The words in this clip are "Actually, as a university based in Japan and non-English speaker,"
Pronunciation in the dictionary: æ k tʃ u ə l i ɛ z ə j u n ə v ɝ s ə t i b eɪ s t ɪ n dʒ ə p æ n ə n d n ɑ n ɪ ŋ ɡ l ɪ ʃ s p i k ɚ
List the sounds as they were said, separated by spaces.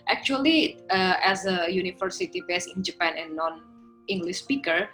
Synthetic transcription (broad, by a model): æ k tʃ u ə l i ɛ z ə j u n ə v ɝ s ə t i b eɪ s ɪ n dʒ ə p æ n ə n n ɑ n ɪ ŋ ɡ l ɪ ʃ s p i k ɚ